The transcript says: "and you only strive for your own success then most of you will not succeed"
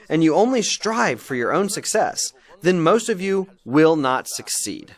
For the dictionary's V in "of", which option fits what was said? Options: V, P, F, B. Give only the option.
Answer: V